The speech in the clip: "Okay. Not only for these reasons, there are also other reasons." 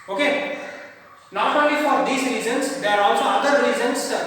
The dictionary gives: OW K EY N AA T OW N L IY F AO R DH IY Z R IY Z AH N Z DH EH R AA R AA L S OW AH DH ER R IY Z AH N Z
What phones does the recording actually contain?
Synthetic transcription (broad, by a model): OW K EY N AA T OW N L IY F AO R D IY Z R IY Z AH N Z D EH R AA R AA L S OW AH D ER R IY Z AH N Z